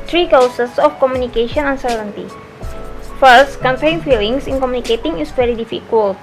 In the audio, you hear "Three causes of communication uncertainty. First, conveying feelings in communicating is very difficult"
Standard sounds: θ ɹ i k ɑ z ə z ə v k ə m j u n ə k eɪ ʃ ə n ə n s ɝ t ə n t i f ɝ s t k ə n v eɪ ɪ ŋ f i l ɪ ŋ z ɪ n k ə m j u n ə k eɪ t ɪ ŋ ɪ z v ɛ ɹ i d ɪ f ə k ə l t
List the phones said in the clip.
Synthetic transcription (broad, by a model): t ɹ i k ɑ s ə s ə f k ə m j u n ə k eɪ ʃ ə n ə n s ɝ t ə n t i f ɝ s t k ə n p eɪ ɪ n f i l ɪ ŋ s ɪ n k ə m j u n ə k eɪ t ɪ ŋ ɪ s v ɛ ɹ i d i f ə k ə l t